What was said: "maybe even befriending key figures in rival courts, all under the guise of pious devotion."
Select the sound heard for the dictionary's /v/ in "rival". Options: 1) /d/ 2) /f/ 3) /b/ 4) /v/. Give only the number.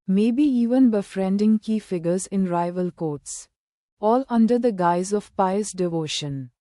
4